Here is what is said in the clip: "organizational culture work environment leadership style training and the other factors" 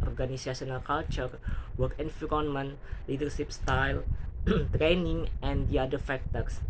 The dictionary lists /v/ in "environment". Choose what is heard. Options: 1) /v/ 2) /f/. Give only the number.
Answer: 2